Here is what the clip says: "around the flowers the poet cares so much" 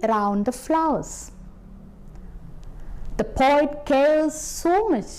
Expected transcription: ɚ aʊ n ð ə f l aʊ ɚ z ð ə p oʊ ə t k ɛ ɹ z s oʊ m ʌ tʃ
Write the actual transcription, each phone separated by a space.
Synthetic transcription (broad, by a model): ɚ aʊ n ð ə f l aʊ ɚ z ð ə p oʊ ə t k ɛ l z s oʊ m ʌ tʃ